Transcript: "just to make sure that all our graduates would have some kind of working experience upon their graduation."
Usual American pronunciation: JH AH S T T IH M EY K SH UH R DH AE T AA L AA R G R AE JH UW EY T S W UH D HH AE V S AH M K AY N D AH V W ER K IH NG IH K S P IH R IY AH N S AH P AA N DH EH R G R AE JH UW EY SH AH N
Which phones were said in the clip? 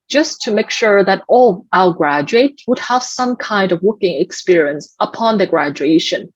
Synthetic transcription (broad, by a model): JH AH S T T IH M EY K SH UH R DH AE T AA L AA L G R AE JH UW EY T W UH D HH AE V S AH M K AY N D AH V W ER K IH NG IH K S P IH R IY AH N S AH P AA N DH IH G R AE JH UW EY SH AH N